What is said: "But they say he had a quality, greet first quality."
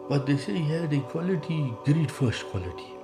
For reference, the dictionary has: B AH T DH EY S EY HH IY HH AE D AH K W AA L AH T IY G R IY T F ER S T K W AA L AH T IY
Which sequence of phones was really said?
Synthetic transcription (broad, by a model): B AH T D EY S EY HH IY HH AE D AH K W AA L AH T IY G R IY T F ER S T K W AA L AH T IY